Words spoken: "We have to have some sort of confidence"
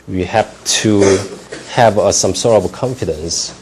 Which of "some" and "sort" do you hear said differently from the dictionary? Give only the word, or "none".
sort